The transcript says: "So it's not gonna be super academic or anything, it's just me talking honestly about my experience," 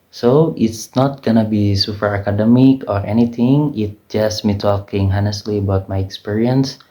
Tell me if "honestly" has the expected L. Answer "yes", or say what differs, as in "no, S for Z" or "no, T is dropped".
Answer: yes